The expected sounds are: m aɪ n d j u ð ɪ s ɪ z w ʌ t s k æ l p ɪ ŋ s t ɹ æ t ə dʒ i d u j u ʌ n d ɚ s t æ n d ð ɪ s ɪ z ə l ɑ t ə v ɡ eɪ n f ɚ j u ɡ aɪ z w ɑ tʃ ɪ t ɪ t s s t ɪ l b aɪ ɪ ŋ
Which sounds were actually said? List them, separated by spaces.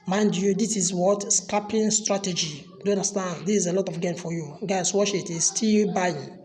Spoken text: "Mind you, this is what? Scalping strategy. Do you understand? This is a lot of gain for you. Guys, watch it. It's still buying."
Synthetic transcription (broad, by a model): m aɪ n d j u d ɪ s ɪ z w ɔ t s k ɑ p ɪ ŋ s t ɹ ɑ t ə dʒ i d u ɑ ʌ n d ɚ s t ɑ n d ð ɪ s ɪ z ə l ɑ t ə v ɡ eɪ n f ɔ j u ɡ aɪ s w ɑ ʃ ɪ t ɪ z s s t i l b aɪ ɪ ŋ